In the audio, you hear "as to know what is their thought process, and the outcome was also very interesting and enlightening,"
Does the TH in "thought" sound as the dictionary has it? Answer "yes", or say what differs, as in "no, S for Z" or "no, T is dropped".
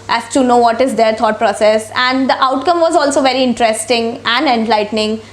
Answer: no, T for TH